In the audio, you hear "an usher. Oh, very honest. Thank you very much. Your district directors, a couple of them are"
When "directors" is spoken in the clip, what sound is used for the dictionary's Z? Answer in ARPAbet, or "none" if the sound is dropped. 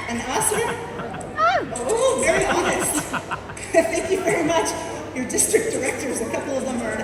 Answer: Z